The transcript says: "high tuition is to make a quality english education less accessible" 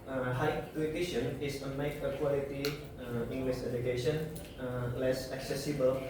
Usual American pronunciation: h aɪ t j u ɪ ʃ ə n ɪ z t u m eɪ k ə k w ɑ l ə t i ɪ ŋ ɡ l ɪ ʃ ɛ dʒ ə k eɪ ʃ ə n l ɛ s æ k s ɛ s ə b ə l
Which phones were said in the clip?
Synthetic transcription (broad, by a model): h aɪ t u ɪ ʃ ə n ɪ s t u m eɪ k ə k w ɑ l ə t i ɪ ŋ ɡ l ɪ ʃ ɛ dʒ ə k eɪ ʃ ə n l ɛ s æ k s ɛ s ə b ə l